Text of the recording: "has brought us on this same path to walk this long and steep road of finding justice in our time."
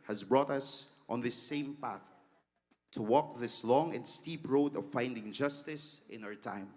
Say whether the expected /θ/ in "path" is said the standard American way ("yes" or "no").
yes